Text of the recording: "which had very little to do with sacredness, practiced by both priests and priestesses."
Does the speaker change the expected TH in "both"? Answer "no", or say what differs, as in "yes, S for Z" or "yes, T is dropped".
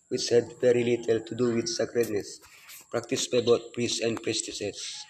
yes, T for TH